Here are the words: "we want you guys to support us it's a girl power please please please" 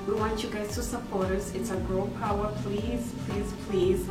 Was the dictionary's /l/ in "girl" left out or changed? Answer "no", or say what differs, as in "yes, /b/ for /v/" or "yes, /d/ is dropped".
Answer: yes, /n/ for /l/